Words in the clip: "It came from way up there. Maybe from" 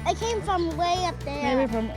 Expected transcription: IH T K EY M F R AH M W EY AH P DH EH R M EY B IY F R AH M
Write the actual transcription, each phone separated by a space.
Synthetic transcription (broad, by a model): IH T K EY M F R AH M W EY AH P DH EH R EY IY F R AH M